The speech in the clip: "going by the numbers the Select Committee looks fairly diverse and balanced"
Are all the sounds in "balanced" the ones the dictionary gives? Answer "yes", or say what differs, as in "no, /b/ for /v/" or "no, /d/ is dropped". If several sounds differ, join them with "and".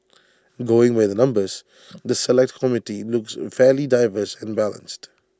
yes